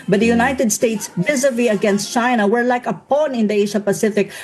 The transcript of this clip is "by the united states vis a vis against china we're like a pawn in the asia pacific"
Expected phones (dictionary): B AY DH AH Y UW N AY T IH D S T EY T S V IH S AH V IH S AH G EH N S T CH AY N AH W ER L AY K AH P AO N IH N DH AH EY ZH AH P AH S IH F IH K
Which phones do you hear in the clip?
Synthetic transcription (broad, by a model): B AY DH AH Y UW N AY T IH D S T EY T S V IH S AH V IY AH G EH N S T CH AY N AH W ER L AY K AH P AO N IH N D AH EY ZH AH P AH S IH F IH K